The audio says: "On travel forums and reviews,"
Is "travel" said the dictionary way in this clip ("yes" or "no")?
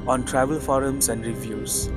yes